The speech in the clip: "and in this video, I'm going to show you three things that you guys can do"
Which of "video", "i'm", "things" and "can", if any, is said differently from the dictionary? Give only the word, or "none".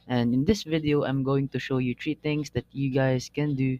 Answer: things